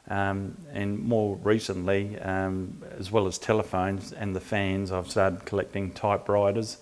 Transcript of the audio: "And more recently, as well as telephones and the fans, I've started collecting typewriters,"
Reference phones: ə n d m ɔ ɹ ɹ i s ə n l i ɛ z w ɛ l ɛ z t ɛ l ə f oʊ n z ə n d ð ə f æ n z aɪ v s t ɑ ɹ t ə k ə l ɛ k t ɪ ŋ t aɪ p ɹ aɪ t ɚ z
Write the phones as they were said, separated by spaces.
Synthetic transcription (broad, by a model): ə n m ɔ ɹ ɹ i s ə n l i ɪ z w ɛ l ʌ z t ɛ l ə f oʊ n z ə n ð ə f æ n z aɪ v s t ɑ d k ə l ɛ k t ɪ ŋ t aɪ p ɹ aɪ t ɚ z